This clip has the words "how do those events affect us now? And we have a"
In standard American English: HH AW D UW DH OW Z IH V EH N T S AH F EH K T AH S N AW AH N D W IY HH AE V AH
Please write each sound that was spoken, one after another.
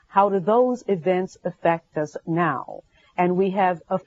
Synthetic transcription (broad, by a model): HH AW D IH DH OW Z IH V EH N T S AH F EH K T AH S N AW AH N W IY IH V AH